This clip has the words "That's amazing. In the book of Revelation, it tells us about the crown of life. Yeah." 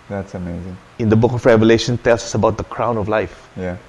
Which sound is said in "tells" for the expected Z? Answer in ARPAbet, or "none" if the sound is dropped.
S